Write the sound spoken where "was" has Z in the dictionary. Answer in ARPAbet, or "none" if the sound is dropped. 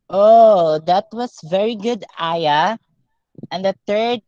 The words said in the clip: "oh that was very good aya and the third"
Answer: S